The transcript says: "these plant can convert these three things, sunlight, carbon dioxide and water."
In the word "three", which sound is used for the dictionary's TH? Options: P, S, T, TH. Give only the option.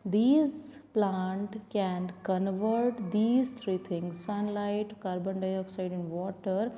T